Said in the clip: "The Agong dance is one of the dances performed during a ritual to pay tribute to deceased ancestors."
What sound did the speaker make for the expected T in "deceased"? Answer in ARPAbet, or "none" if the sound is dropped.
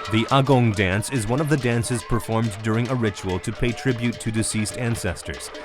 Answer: T